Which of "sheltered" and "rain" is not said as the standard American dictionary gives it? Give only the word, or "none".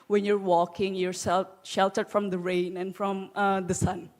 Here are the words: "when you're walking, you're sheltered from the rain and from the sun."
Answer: none